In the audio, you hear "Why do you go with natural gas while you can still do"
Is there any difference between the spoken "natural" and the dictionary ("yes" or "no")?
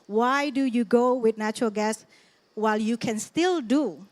no